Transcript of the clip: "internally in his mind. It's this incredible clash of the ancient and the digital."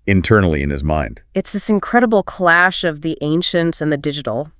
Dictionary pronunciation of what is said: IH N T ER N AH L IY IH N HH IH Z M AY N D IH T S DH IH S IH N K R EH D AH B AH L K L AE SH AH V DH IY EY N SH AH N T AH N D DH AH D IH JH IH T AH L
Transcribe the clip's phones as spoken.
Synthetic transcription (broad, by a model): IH N T ER N L IY IH N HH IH Z M AY N D IH T S DH IH S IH N K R EH D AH B L K L AE SH AH V DH IY EY N SH AH N T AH N DH AH D IH JH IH T L